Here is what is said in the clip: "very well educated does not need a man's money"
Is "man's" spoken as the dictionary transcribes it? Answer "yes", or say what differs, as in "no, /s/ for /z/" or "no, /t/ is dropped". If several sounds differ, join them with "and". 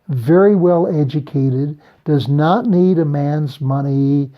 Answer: yes